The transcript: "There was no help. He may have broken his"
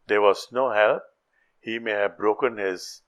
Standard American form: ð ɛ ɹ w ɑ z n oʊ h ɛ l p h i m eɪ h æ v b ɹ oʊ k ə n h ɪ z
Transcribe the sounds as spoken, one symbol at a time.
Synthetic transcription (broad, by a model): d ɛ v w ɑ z n oʊ h ɛ l p h i m eɪ h æ v b ɹ oʊ k ə n h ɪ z